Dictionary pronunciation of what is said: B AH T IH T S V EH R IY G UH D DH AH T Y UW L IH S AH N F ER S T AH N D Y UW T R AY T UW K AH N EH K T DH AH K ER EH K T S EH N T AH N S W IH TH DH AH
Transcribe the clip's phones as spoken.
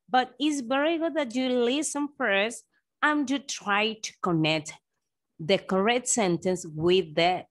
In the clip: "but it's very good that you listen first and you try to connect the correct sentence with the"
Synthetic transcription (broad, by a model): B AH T IH T S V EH R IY G UH D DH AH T Y UW L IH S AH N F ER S AH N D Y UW T R AY T UW K AH N EH K T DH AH K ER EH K T S EH N T AH N S W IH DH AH